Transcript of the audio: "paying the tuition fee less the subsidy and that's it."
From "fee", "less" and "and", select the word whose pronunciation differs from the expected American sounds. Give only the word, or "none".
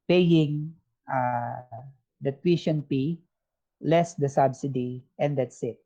fee